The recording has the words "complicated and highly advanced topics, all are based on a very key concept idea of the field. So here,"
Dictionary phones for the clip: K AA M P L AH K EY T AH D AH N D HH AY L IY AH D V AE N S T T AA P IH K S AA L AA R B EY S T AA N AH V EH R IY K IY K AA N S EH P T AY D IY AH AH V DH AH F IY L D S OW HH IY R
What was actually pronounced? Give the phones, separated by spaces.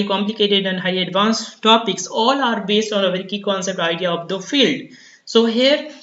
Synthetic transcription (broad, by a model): K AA M P L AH K EY T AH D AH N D HH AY IY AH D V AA N S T T AA P IH K S AA L AA R B EY S T AA N AH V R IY K IY K AA N S EH P T AY D IY AH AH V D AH F IY L D S OW HH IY R